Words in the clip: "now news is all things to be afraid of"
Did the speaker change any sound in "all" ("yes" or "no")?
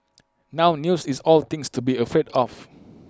no